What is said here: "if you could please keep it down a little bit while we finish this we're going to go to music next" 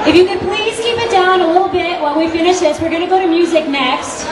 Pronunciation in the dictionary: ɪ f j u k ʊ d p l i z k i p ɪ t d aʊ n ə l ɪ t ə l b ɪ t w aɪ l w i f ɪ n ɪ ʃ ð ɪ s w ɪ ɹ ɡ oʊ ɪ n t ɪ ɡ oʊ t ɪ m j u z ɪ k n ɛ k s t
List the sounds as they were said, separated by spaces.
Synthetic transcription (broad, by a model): ɪ f j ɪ k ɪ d p l i z k i p ɪ t d aʊ n ə l ɪ t l b ɪ t w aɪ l w i f ɪ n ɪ ʃ ð ɪ s w ɪ ɹ ɡ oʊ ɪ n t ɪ ɡ oʊ t ɪ m j u z ɪ k n ɛ k s t